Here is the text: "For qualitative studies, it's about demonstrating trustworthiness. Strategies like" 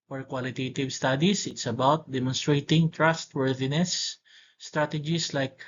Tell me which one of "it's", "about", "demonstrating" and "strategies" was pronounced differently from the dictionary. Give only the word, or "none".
strategies